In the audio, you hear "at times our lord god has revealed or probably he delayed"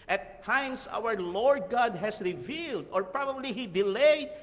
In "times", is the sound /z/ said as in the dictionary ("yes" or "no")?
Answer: no